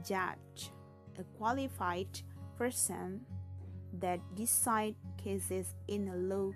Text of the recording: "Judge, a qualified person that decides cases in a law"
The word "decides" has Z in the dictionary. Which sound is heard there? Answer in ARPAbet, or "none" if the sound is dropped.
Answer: none